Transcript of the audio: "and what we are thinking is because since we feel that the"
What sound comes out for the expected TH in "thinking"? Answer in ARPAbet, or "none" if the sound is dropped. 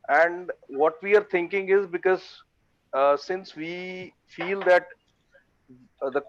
T